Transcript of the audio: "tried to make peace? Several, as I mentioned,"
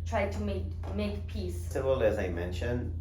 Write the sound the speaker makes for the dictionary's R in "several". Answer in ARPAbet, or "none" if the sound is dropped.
none